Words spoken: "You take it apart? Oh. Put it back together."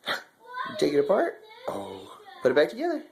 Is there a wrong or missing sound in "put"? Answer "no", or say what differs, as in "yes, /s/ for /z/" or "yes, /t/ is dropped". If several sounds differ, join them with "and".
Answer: yes, /b/ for /p/